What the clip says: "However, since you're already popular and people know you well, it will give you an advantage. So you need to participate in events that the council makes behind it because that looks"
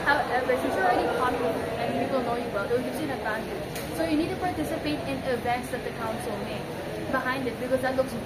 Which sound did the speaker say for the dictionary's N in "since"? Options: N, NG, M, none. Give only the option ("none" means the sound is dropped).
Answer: none